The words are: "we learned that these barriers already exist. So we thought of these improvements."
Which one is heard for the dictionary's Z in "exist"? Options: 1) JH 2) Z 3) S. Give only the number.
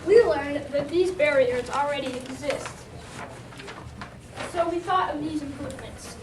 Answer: 2